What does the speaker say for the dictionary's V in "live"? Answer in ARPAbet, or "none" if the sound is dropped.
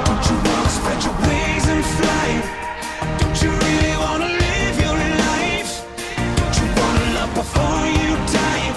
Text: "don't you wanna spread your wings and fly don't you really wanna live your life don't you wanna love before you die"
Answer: V